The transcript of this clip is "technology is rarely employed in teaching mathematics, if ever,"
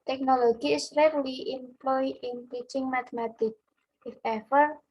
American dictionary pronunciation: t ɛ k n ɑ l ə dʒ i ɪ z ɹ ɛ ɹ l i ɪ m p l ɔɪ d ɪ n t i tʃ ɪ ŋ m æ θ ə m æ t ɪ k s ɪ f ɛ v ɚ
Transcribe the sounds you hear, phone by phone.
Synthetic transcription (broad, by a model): t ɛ k n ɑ l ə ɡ i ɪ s ɹ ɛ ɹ l i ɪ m p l ɔɪ ɪ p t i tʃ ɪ ŋ m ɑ t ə m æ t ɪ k ɪ f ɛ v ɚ